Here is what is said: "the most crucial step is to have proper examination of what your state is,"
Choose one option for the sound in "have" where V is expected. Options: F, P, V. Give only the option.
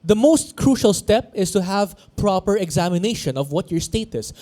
V